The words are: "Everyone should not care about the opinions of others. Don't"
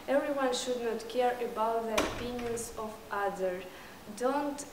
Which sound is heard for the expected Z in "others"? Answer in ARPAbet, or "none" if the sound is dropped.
none